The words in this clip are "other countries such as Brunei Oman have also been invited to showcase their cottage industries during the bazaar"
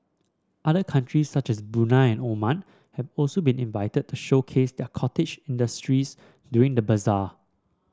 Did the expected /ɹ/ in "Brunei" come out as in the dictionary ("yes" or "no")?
no